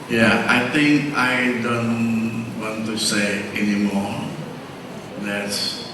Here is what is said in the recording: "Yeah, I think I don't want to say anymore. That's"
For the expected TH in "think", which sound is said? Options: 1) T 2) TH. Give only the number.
1